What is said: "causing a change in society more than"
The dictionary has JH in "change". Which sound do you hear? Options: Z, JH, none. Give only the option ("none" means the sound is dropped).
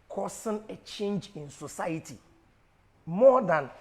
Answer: JH